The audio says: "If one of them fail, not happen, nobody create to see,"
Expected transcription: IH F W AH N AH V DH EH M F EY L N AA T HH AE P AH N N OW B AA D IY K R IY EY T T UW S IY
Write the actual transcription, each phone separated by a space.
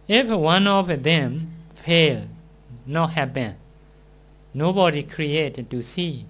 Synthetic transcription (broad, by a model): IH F W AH N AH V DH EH M F EY L N AA T HH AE B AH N N OW B AA D IY K R IY EY T T UW S IY